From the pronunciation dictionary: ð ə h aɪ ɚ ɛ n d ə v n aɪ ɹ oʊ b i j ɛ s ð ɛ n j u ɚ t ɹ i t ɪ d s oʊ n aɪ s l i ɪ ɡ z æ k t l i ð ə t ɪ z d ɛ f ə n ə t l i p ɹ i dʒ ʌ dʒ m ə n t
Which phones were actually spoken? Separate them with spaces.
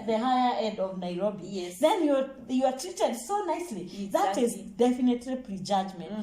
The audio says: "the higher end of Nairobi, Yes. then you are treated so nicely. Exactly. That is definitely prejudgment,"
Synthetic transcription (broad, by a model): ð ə h aɪ ɚ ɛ d ə v n aɪ ɹ oʊ b i j ɛ s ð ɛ n j u ɚ t ɹ i t ɪ d s oʊ n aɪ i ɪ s l i ð ə t ɪ z d ɛ f ə n ə t l i p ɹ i dʒ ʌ dʒ m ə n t